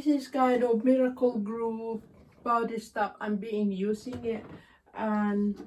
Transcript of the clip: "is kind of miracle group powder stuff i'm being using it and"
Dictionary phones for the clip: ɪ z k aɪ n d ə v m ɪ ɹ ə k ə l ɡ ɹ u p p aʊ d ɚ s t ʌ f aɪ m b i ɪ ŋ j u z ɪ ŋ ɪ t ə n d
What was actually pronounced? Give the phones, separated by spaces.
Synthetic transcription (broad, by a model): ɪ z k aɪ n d ə v m ɪ ɹ ə k ə l ɡ ɹ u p b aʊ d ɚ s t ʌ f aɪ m b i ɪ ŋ j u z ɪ ŋ ɪ t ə n